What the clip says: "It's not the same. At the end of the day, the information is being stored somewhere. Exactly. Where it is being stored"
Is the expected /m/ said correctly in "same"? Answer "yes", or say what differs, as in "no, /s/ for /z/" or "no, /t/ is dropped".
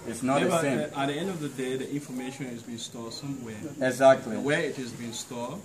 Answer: no, /m/ is dropped